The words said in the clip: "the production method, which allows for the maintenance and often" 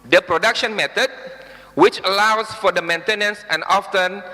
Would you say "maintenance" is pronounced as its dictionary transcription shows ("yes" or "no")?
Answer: yes